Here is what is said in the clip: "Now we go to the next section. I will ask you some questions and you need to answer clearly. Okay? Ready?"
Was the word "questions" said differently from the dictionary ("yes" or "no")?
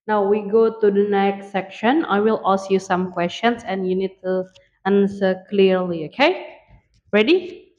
yes